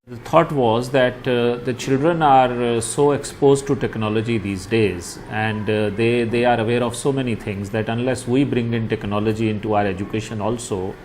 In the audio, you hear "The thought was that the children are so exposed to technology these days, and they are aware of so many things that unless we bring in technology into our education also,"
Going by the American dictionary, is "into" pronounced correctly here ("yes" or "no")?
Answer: yes